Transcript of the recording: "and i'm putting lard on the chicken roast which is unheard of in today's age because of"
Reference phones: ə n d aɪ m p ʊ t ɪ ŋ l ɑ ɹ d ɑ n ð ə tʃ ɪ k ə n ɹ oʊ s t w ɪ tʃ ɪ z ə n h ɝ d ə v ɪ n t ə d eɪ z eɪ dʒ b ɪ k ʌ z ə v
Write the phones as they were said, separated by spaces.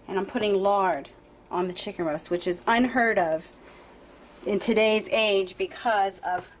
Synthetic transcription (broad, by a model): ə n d aɪ m p ʊ t ɪ ŋ l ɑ ɹ d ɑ n ð ə tʃ ɪ k ə n ɹ oʊ s t w ɪ tʃ ɪ z ə n h ɝ d ə v ɪ n t ə d eɪ z eɪ dʒ b ɪ k ʌ z ə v